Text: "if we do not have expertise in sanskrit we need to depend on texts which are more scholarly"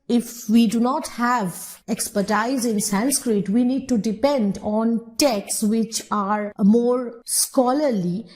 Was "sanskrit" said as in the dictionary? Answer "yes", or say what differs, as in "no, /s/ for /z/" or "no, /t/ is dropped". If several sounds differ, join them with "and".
yes